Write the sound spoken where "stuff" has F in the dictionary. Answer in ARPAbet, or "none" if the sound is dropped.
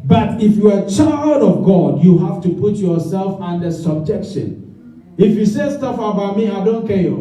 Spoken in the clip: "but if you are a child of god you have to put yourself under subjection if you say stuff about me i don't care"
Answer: F